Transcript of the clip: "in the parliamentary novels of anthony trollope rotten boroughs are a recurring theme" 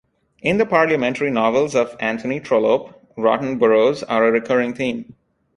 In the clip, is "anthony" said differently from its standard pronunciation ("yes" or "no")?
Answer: yes